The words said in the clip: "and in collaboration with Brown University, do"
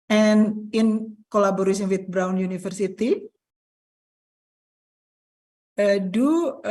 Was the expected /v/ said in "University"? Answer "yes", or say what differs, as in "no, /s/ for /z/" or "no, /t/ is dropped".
no, /f/ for /v/